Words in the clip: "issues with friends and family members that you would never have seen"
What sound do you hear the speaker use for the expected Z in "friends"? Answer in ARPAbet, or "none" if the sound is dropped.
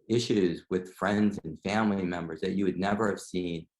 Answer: Z